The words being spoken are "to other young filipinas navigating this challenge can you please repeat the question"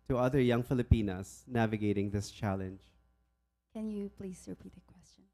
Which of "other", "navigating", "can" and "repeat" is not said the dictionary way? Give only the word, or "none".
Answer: none